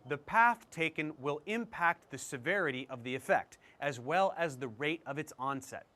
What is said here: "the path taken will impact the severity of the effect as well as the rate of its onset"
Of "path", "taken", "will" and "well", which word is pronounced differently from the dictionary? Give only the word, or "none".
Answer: none